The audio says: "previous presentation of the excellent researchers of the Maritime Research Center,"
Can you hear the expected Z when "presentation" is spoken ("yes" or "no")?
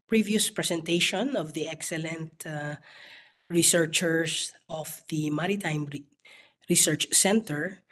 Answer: no